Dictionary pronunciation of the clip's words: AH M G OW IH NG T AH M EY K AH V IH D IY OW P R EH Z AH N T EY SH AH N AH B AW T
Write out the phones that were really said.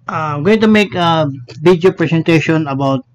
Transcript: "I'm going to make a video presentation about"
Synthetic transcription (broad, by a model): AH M G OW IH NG T AH M EY K AH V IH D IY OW P R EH S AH N T EY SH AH N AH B AW T